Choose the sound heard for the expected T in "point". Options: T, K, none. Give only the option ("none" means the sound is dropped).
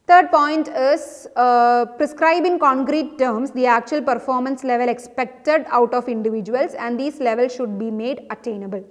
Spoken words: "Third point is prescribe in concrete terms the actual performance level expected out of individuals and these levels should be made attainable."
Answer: T